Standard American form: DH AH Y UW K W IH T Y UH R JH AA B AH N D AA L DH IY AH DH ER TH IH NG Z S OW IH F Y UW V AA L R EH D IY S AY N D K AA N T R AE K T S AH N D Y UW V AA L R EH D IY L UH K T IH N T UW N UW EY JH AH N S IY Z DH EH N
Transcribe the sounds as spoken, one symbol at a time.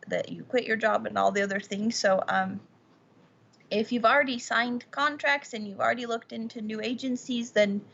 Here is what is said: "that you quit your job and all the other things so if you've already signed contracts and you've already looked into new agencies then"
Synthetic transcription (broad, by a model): DH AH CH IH K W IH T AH R JH AA B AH N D AA L DH IY AH DH ER TH IH NG Z S OW IH F Y UW V L R EH D IY S AY N D K AA N T R AE K T S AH N Y UW V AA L R EH D IY L UH K T IH N T UW N UW EY JH AH N S IY Z DH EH N